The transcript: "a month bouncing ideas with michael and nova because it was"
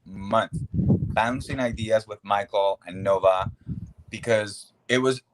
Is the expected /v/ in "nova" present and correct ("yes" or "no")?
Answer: yes